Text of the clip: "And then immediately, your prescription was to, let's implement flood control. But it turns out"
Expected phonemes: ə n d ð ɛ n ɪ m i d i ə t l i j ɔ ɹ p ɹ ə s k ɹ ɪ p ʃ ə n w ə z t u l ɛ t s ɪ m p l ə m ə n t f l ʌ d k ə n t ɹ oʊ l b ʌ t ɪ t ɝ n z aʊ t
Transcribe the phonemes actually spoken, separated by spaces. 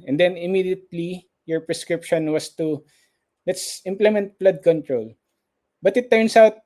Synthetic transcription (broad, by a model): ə n d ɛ n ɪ m i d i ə t l i j ɔ ɹ p ɹ ə s k ɹ ɪ p ʃ ə n w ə s t u l ɛ t s ɪ m p l ə m ə n t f l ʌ d k ə n t ɹ oʊ l b ʌ t ɪ t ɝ n s aʊ t